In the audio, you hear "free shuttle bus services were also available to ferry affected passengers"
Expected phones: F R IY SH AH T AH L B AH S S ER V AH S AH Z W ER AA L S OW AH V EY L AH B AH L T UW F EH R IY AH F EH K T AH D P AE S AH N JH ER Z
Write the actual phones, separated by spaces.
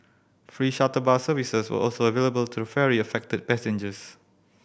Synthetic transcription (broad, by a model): F R IY SH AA T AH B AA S S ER V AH S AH S W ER AA L S OW AH V EY L AH B AH L T UW F EH R IY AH F EH K T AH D P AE S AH N JH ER S